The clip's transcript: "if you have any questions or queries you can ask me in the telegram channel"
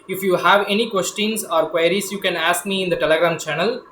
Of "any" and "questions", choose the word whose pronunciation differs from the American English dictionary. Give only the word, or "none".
questions